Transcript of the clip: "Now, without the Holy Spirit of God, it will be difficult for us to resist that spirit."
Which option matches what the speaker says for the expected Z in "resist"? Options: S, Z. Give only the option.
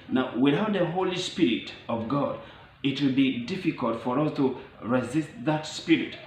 Z